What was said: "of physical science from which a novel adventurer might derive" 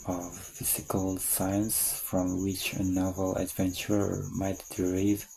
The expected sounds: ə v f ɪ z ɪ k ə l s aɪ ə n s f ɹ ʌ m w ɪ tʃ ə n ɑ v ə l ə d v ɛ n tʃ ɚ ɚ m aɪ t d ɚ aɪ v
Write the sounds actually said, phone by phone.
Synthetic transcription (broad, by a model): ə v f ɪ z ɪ k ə l s aɪ ə n s f ɹ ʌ m w ɪ tʃ ə n ɑ v ə l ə d v ɛ n tʃ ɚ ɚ m aɪ t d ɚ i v